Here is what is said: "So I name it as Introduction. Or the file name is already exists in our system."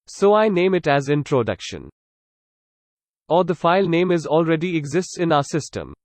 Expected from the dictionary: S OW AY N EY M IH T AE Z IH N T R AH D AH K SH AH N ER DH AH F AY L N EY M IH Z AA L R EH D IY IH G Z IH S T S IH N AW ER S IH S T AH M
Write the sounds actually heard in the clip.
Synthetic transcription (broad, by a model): S OW AY N EY M IH T AE Z IH N T R AH D AH K SH AH N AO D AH F AY L N EY M IH Z AA L R EH D IY IH G Z IH S T S IH N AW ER S IH S T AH M